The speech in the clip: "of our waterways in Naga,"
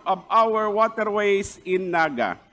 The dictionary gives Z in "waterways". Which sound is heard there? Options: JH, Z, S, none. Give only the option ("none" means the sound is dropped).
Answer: S